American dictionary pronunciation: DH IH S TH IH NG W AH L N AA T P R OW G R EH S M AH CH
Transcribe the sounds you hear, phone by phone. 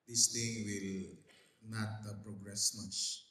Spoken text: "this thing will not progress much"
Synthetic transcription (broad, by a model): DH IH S T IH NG W AH L N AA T P R OW G R EH S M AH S